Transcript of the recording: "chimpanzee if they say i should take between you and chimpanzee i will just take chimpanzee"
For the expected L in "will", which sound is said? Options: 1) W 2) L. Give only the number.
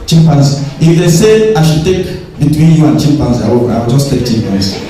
1